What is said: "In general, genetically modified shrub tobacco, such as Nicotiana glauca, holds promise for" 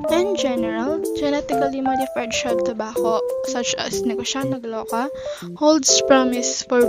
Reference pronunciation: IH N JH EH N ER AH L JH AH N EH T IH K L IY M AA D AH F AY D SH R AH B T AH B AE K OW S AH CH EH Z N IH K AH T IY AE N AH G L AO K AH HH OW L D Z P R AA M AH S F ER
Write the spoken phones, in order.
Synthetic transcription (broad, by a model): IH N JH EH N ER AH L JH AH N EH T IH K L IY M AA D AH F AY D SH AH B T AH B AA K OW S AH CH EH S N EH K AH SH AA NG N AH G L AO K AH HH OW L D S P R AA M AH S F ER